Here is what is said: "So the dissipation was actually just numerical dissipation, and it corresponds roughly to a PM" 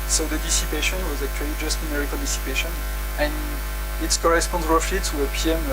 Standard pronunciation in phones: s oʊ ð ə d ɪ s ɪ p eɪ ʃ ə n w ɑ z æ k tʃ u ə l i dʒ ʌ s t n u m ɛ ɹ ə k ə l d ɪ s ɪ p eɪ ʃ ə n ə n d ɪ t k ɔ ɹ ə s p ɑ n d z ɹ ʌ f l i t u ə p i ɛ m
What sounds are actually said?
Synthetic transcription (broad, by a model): s oʊ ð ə d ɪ s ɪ p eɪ ʃ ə n w ɑ z æ k tʃ u ə l i dʒ ʌ s t n u m ɛ ɹ ə k ə l d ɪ s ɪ p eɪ ʃ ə n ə n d ɪ t k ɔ ɹ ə s p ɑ n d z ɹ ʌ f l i t u ə p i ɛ m